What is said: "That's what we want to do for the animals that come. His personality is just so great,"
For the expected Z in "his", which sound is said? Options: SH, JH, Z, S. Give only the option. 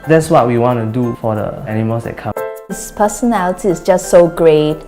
S